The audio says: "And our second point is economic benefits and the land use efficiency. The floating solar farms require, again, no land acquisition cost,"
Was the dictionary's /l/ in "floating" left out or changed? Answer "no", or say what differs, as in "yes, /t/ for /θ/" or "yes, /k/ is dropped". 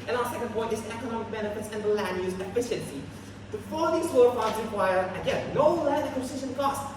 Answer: yes, /l/ is dropped